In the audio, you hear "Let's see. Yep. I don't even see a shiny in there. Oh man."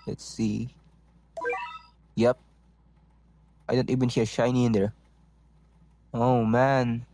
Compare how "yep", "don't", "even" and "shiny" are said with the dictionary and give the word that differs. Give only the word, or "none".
none